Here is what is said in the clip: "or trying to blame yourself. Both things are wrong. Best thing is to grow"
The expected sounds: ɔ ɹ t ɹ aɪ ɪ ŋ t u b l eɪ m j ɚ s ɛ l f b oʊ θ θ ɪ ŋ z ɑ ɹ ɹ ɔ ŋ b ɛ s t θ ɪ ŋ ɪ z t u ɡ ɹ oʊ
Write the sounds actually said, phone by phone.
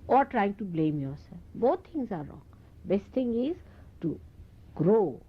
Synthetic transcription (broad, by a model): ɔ ɹ t ɹ aɪ ɪ ŋ t u b l eɪ m j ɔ s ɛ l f b oʊ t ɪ ŋ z ɑ ɹ ɹ ɔ ŋ b ɛ s t t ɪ ŋ ɪ z t u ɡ ɹ oʊ